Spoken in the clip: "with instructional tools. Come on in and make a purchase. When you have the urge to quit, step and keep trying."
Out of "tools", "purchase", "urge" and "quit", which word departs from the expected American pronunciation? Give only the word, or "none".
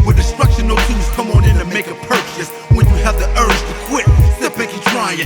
tools